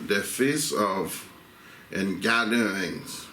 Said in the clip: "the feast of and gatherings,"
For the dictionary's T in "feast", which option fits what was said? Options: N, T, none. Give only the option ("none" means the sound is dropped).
none